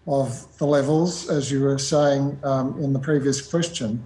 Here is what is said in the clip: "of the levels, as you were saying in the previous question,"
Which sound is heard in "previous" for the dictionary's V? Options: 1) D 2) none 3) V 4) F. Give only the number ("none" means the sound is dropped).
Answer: 3